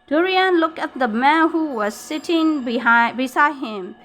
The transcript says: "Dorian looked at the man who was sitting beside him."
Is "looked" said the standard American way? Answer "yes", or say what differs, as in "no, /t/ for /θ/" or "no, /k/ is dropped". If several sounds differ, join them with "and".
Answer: no, /t/ is dropped